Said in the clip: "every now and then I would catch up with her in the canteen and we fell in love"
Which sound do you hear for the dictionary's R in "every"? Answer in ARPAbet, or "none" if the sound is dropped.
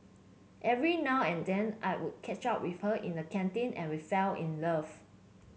R